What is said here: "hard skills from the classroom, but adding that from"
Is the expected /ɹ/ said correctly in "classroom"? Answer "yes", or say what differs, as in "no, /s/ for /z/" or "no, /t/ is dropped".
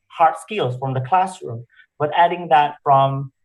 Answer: yes